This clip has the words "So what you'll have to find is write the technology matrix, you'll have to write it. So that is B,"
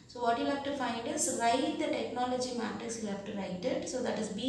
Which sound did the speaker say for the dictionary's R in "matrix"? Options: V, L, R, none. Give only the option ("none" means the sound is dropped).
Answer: none